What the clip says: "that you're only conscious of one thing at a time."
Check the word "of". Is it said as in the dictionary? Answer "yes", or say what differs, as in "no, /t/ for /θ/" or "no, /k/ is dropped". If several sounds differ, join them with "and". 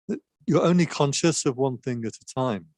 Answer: yes